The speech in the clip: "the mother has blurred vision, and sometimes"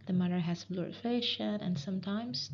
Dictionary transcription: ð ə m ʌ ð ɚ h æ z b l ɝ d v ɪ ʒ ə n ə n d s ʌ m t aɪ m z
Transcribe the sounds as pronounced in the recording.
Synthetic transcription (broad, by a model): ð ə m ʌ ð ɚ h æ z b l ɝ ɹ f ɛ ʃ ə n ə n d s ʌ m t aɪ m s